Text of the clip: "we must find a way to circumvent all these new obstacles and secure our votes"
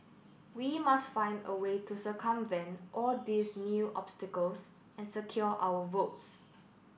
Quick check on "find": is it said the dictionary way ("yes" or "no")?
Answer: yes